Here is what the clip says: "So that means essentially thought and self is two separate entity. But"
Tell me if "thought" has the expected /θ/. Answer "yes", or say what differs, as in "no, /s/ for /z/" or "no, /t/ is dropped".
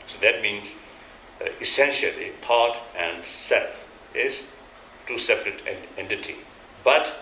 no, /t/ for /θ/